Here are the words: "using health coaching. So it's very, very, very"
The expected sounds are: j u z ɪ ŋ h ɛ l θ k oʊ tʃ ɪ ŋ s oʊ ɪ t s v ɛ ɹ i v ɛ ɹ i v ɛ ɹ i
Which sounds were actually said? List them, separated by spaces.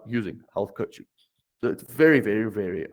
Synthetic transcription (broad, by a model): j u z ɪ ŋ h ɛ l θ k oʊ tʃ ɪ ŋ s oʊ ɪ t s v ɛ ɹ i v ɛ ɹ i v ɛ ɹ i